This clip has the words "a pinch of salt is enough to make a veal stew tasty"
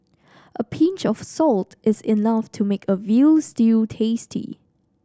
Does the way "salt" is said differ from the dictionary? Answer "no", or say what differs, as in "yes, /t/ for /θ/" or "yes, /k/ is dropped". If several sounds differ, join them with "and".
no